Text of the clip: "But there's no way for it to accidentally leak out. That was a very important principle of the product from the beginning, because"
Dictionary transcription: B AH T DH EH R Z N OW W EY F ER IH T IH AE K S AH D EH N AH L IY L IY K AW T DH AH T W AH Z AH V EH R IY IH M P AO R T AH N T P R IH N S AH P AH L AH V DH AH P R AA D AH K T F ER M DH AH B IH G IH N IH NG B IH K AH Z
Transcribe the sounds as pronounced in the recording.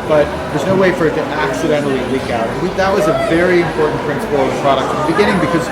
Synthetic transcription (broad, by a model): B AH T DH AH R Z N OW W EY F ER IH T IH AE K S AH D EH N L IY L IY K AW T DH AH T W AH Z AH V EH R IY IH M P AO R T N P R IH N S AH P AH L AH V DH AH P R AA D AH K T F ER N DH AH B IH G IH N IH NG B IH K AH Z